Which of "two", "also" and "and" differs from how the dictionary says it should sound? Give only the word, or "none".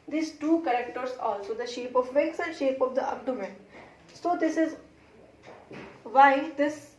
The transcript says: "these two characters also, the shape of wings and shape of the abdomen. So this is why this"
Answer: and